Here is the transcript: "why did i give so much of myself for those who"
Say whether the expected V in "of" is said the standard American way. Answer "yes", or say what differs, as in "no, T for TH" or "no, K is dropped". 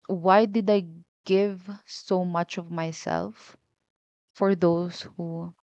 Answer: yes